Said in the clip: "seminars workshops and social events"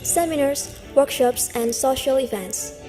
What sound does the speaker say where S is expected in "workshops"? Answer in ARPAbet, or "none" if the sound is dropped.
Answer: S